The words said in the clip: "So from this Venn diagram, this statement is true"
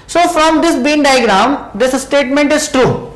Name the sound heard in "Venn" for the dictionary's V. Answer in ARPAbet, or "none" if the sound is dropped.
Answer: B